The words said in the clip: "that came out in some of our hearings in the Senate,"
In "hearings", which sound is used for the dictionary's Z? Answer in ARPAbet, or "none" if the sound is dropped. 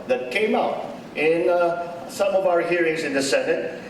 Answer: Z